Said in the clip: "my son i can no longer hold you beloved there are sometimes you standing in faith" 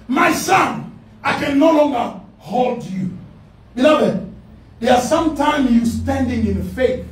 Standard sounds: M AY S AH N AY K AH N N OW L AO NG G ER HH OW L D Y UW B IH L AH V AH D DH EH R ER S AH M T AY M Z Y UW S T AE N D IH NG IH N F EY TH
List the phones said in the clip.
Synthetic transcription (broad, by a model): M AY S AH N AY K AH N N OW L AO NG G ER HH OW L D Y UW B IH L AH V AH D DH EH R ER S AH M T AY M Y UW S T AE N D IH NG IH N F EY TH